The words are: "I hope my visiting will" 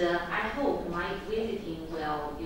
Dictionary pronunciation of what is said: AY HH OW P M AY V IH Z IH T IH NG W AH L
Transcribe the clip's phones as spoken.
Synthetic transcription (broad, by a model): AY HH OW P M AY W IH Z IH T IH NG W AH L